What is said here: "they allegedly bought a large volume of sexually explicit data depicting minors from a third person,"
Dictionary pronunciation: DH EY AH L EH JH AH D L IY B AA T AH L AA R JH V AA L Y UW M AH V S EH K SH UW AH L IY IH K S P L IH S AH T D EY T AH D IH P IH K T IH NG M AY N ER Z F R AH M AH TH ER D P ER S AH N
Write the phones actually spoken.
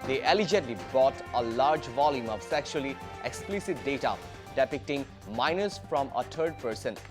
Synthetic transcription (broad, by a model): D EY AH L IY JH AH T L IY B AA T AH L AA R JH V AA L Y UW M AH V S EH K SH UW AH L IY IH K S P L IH S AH T D EY T AH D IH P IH K T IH NG M AY N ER S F R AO M AH T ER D P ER S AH N